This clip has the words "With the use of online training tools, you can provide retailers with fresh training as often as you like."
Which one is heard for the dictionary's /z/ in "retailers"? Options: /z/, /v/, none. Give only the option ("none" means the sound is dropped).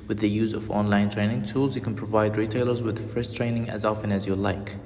/z/